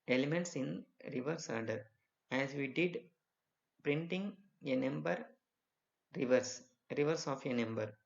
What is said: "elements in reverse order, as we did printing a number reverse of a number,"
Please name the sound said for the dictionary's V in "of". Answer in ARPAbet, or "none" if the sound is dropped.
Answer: V